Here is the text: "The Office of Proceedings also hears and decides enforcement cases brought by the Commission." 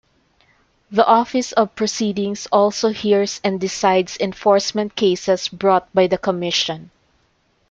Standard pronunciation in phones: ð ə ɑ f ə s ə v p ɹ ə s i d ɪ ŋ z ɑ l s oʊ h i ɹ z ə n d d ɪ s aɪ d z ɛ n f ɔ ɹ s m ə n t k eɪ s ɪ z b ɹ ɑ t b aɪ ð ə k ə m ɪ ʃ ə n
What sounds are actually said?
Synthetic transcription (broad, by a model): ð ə ɑ f ə s ə v p ɹ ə s i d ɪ ŋ s ɑ l s oʊ h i ɹ s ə n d d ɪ s aɪ d s ɛ n f ɔ ɹ s m ə n t k eɪ s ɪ s b ɹ ɑ t b aɪ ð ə k ə m ɪ ʃ ə n